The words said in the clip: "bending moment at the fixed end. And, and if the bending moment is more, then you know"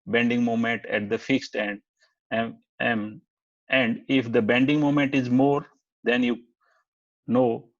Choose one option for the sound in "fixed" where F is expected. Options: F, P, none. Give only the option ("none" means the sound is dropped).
F